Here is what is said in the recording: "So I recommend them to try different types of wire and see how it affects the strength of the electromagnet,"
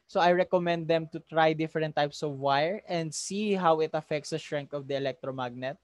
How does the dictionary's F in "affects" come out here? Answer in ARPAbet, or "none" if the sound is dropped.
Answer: F